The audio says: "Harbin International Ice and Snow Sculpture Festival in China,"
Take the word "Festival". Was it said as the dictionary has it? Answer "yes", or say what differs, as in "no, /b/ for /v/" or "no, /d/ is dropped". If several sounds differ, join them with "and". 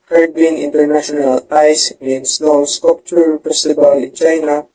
no, /p/ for /f/ and /b/ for /v/